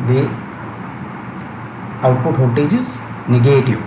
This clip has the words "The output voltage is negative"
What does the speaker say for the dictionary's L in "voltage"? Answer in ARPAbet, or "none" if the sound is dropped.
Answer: none